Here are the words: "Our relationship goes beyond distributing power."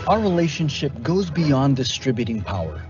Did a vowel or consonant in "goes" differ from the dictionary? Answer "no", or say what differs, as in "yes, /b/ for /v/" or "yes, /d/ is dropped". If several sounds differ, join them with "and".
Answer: no